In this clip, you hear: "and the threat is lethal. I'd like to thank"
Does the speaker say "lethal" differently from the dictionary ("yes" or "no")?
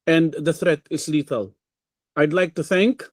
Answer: yes